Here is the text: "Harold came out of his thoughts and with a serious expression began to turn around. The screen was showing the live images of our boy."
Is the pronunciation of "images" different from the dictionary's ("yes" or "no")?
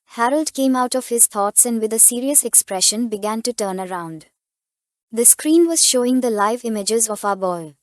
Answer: no